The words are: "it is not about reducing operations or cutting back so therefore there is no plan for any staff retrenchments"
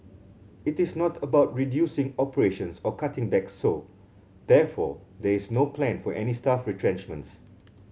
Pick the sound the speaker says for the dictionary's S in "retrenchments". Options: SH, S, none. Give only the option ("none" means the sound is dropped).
S